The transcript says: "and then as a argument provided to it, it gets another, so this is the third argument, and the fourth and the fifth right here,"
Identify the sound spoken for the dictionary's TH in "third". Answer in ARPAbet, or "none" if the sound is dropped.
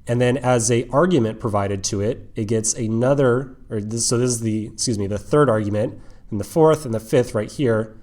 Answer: TH